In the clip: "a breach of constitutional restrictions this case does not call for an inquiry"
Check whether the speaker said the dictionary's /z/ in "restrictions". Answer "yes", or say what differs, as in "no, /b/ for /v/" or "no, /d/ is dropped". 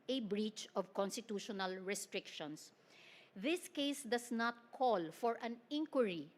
no, /s/ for /z/